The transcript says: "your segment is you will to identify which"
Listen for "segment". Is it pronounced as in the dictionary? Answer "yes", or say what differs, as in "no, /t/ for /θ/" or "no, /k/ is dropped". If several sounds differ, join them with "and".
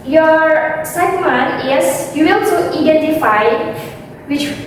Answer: no, /t/ is dropped